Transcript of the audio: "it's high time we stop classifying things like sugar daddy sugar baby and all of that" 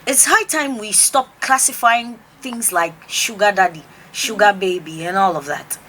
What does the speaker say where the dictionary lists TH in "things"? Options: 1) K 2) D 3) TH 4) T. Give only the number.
3